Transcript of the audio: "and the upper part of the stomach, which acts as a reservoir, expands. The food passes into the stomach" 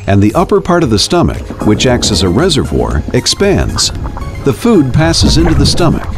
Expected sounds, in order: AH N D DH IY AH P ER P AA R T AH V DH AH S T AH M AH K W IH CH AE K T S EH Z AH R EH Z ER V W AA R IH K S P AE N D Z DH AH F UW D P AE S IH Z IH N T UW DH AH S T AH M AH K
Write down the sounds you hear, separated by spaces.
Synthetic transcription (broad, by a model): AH N DH IY AH P ER P AA R T AH V DH AH S T AH M AH K W IH CH AE K T S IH Z AH R EH Z ER V W AA R IH K S P AE N D Z DH AH F UW D P AE S IH Z IH N T UW DH AH S T AH M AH K